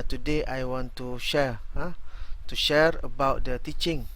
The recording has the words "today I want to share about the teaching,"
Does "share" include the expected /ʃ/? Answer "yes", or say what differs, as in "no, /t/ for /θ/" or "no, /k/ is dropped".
yes